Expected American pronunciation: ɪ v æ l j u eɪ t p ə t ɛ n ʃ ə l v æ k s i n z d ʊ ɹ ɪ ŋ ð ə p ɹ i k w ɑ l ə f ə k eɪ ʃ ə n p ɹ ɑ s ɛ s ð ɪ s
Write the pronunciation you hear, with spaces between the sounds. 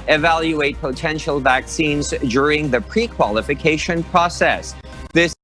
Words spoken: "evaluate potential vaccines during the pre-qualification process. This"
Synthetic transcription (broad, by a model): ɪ v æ l j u eɪ t p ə t ɛ n ʃ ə l v æ k s i n z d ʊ ɹ ɪ ŋ ð ə p ɹ i k w ɑ l ə f ə k eɪ ʃ ə n p ɹ ɑ s ɛ s ð ɪ s